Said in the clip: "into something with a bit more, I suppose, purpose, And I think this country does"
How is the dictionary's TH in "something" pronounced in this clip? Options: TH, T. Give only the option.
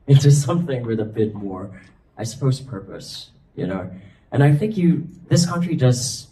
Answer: TH